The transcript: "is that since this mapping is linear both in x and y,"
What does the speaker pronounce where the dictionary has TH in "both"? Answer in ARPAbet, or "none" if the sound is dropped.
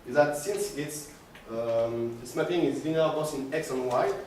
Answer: S